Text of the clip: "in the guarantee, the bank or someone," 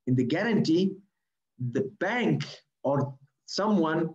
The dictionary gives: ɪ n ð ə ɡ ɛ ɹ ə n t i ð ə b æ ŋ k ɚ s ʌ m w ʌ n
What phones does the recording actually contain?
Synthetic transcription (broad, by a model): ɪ n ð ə ɡ ɛ ɹ ə n t i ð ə b æ ŋ k ɚ s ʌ m w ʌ n